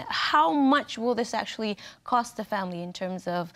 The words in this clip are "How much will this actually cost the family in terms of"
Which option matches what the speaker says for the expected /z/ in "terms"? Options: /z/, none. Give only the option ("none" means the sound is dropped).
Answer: /z/